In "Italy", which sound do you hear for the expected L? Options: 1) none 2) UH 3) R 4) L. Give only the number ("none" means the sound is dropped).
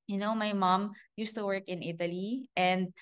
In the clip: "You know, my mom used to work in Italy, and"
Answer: 4